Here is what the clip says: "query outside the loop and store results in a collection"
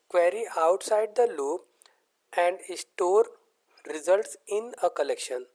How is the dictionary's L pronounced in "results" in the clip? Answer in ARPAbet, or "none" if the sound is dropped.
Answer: L